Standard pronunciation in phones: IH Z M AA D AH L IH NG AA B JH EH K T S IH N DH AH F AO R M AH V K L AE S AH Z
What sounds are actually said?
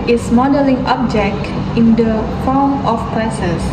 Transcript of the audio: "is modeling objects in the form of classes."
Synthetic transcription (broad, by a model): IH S M AA D AH L IH NG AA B JH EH K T IH N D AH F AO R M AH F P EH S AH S